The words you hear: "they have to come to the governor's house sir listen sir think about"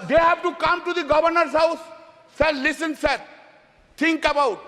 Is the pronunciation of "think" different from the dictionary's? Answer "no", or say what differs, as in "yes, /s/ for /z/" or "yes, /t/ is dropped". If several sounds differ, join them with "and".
yes, /t/ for /θ/